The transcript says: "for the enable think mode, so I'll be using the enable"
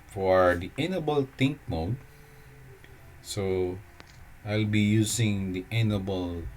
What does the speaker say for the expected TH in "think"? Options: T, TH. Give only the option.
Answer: T